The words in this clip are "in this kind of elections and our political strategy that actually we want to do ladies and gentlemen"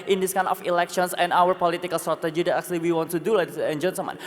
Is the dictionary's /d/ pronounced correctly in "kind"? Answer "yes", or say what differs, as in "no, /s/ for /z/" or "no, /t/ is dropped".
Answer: no, /d/ is dropped